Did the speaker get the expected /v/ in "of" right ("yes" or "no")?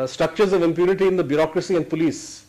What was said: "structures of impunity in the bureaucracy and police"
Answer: yes